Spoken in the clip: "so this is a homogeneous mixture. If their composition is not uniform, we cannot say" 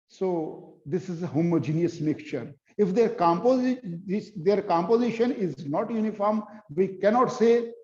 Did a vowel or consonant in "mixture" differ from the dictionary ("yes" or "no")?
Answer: yes